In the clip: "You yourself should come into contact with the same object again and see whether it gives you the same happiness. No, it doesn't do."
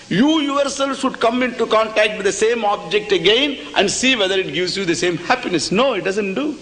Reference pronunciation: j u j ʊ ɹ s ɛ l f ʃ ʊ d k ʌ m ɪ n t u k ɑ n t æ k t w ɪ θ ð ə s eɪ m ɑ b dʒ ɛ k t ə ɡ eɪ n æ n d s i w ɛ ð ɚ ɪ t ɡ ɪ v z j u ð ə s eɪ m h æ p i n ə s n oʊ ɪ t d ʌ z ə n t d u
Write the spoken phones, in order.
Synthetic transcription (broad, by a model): j u j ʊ ɹ s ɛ l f ʃ ʊ d k ʌ m ɪ n t u k ɑ n t æ k t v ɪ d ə s eɪ m ɑ b dʒ ɛ k t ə ɡ eɪ n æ n d s i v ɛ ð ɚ ɪ t ɡ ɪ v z j u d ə s eɪ m h æ p i n ə s n oʊ ɪ t d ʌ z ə n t d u